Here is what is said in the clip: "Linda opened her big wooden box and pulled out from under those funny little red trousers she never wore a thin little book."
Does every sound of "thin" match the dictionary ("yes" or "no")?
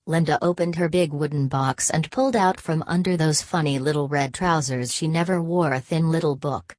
yes